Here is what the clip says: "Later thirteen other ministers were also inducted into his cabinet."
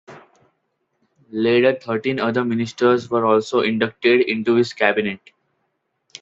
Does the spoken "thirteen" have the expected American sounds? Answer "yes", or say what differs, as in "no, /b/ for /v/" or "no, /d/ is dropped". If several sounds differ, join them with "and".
no, /t/ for /θ/